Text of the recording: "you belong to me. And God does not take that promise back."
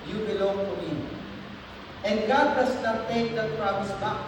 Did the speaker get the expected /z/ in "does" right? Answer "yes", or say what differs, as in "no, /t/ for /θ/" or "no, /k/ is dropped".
no, /s/ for /z/